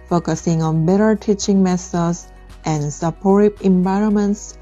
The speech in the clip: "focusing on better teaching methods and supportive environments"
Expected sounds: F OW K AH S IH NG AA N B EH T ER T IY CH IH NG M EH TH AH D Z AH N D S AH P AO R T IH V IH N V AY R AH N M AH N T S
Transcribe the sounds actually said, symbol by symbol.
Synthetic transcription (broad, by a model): F OW K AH S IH NG AA N B EH T ER T IY CH IH NG M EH S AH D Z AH N S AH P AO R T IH B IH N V AY R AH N M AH N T S